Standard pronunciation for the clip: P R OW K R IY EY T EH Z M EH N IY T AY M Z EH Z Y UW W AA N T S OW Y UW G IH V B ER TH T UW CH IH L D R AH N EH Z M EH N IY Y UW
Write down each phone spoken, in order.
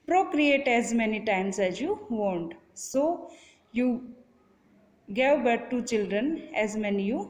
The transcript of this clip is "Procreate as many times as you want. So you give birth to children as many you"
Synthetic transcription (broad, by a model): P R OW K R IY EY T EH Z M EH N IY T AY M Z EH Z Y UW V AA N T S OW Y UW G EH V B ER T T UW CH IH L D R AH N EH Z M EH N IY Y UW